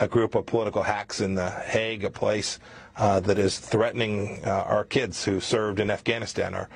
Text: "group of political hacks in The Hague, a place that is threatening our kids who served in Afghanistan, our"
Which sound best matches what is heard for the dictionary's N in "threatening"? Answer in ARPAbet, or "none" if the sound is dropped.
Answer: N